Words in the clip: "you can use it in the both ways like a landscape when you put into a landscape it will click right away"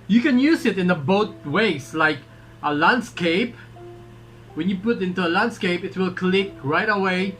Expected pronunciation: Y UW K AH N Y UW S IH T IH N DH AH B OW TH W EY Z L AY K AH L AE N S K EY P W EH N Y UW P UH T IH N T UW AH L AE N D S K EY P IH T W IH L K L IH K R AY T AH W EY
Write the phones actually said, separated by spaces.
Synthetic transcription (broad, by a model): Y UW K AH N Y UW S IH T IH N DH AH B OW T W EY S L AY K AH L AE N S K EY P W EH N Y UW P UH T IH N T UW AH L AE N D S K EY P IH T W IH L K L IH K R AY T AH W EY